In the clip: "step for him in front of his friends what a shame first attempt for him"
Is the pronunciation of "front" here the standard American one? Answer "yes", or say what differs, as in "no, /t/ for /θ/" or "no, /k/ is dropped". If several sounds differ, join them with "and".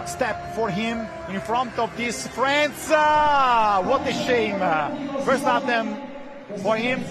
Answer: yes